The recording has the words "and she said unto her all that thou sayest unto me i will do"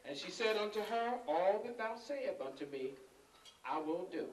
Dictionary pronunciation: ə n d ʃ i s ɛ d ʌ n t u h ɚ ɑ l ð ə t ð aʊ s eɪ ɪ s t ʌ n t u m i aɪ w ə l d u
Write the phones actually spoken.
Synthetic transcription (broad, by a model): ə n ʃ i s ɛ d ʌ n t u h ɚ ɑ l ð ə t ð aʊ s eɪ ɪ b ʌ n t u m i aɪ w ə n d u